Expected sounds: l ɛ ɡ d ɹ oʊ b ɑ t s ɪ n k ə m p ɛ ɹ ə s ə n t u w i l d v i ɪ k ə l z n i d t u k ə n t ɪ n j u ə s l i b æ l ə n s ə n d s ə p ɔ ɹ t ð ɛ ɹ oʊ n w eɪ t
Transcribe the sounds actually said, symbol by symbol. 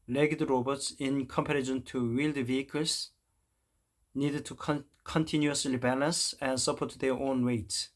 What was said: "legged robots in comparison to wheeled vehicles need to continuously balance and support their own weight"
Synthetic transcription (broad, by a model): l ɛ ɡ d ɹ oʊ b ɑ t s ɪ n k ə m p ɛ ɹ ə ʃ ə n t u w i l d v i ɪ k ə l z n i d t u k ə n t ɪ n j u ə s l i b æ l ə n s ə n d s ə p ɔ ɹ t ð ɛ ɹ oʊ n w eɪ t